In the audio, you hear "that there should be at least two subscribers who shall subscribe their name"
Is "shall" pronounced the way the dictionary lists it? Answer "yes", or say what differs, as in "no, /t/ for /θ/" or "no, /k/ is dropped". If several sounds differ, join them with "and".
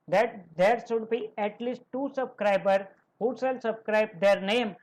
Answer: no, /s/ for /ʃ/